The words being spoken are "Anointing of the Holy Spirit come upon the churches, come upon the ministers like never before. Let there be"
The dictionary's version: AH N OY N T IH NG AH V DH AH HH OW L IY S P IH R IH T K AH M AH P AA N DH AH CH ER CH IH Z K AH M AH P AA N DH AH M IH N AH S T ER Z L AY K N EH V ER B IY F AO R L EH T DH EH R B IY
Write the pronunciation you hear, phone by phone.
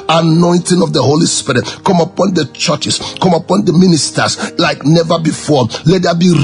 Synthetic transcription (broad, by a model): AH N OY N T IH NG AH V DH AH HH OW L IY S P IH R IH T K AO M AH P AA N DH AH CH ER CH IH S K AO M AH P AA N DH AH M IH N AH S T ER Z L AY K N EH V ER B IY F AO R L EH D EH B IY